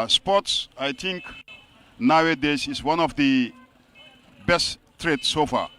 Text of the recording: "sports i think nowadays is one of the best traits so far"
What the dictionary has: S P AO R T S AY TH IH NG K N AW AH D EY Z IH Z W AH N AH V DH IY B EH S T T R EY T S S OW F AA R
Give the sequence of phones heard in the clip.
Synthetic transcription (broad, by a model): S P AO T S AY T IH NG K N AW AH D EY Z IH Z W AH N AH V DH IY B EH S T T R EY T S S OW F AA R